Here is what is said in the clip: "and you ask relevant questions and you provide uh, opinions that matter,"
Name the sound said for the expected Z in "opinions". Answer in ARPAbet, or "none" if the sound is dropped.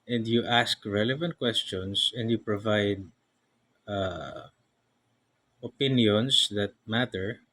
S